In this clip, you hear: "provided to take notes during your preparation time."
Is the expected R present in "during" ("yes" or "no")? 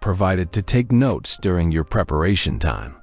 yes